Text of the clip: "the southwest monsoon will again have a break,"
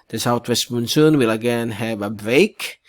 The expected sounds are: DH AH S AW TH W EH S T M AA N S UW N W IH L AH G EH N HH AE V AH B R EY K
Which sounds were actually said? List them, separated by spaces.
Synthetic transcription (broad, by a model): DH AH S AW T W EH S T M AA N S UW N W IH L AH G EH N HH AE V AH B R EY K